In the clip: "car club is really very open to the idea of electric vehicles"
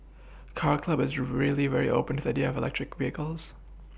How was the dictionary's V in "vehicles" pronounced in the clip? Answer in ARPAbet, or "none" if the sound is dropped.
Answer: V